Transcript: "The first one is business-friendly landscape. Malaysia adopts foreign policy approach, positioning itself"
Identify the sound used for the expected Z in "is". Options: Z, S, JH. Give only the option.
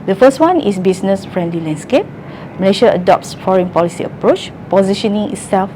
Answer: S